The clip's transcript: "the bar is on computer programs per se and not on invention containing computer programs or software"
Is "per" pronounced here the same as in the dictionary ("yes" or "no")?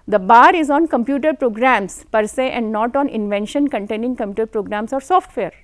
yes